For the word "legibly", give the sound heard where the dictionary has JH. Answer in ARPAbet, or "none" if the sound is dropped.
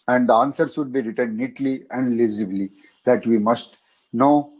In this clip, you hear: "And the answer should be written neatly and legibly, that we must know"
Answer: Z